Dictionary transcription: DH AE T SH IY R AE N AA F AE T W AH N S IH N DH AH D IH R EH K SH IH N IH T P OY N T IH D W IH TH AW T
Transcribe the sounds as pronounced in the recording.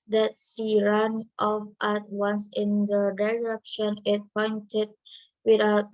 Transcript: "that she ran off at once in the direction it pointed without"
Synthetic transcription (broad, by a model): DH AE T S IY R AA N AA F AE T W AH N S IH N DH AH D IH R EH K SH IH N IH T P OY N T IH D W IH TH AW T